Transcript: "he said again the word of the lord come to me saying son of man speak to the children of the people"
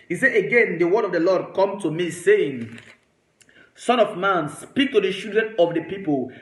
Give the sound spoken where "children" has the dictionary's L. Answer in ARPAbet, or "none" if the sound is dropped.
none